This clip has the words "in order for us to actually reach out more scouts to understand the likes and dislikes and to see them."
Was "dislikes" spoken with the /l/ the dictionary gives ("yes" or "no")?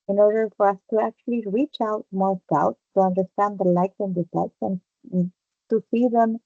no